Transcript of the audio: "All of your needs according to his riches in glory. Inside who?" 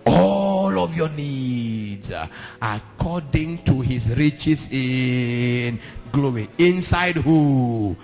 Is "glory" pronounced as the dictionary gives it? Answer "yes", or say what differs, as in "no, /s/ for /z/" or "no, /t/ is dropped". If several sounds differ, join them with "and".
no, /w/ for /ɹ/